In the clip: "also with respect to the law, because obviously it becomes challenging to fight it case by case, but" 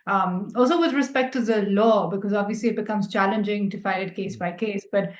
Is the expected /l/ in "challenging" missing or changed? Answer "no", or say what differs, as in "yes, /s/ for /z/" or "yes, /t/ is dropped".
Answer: no